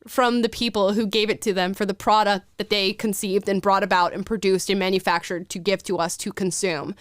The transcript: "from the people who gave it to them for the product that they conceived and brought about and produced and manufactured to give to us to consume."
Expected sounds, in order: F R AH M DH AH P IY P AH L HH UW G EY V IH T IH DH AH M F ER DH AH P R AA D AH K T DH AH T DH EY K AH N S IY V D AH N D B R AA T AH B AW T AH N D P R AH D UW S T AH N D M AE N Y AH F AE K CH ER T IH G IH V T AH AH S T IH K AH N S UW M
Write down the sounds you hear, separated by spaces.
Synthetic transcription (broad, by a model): F R AH M DH AH P IY P L HH UW G EY V IH T IH DH AH M F ER DH AH P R AA D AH K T DH AH T DH EY K AH N S IY V D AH N B R AA T AH B AW T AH N P R AH D UW S T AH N M AE N Y AH F AE K CH ER T IH G IH V T AH AH S T IH K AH N S UW M